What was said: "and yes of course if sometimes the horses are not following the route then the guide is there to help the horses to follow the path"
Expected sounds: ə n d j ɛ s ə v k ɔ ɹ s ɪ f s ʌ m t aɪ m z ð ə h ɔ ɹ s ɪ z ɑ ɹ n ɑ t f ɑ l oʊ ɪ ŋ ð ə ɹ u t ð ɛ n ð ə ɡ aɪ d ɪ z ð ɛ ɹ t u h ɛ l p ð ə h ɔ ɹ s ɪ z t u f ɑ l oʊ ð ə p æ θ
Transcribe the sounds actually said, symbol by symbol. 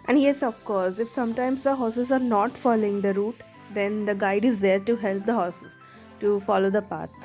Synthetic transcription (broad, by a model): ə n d j ɛ s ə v k ɔ ɹ s ɪ f s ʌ m t aɪ m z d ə h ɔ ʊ s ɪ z ɑ ɹ n ɑ t f ɑ l oʊ ɪ ŋ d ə ɹ u t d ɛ n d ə ɡ aɪ d ɪ z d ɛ ɹ t u h ɛ l p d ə h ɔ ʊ s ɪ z t u f ɑ l oʊ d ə p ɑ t